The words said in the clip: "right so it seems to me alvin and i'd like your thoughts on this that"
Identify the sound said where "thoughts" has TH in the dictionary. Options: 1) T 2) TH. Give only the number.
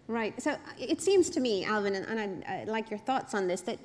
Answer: 2